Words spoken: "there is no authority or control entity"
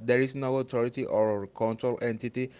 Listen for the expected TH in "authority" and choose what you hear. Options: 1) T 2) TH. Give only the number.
1